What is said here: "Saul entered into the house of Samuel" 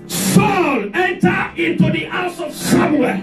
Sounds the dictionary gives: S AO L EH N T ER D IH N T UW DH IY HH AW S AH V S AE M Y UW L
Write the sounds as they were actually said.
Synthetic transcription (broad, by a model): S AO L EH N T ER IH N T UW DH IY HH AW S AH V S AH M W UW